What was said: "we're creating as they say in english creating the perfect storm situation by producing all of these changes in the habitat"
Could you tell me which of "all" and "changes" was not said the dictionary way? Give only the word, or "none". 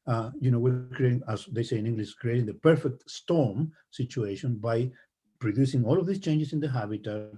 changes